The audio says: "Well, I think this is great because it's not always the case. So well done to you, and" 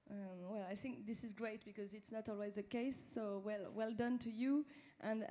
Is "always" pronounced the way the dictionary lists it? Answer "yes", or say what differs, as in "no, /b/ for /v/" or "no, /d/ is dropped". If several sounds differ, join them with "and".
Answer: yes